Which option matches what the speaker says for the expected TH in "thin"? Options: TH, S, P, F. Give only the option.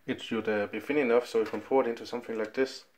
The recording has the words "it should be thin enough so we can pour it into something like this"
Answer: F